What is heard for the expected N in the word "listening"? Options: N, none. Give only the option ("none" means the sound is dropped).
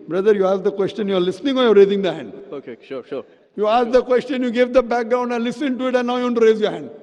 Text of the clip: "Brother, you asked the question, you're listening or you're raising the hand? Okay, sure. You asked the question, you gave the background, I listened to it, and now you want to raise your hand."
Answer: N